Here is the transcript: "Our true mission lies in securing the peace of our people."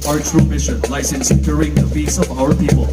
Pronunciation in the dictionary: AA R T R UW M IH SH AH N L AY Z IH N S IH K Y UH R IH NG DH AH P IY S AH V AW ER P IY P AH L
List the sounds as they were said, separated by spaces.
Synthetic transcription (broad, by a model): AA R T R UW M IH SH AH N L AY S IH N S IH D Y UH R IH NG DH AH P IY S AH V AW ER P IY P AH L